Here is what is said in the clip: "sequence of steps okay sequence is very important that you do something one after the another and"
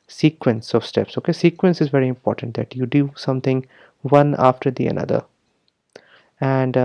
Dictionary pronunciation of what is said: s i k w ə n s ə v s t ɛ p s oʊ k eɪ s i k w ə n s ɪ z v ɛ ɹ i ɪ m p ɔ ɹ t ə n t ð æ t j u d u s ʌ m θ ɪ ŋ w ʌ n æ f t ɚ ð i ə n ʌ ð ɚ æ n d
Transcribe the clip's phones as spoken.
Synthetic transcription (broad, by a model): s i k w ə n s ə v s t ɛ p s oʊ k eɪ s i k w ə n s ɪ z v ɛ ɹ i ɪ m p ɔ ɹ t ə n t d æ t j u d u s ʌ m t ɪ ŋ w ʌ n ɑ f t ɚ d i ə n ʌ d ɚ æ n d